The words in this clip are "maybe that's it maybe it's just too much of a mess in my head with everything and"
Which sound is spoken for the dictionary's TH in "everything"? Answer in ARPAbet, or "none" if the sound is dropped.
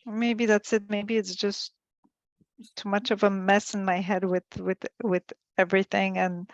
TH